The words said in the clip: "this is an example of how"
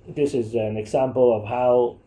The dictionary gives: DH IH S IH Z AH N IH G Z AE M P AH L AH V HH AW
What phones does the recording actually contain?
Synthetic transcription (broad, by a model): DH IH S IH Z AH N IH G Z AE M P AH L AH V HH AW